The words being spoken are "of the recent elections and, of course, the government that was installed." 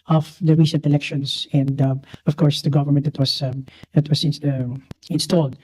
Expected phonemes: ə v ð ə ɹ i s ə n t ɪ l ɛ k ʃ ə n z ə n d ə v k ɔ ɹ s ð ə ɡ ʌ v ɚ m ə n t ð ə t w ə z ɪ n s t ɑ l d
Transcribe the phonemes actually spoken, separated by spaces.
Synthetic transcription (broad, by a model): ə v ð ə ɹ i s ə n t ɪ l ɛ k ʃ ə n s ə n d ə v k ɔ ɹ s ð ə ɡ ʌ v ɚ m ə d t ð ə t w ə s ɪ n s t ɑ l d